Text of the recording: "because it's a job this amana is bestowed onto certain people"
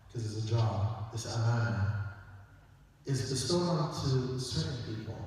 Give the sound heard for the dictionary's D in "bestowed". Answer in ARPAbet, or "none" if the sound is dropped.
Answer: none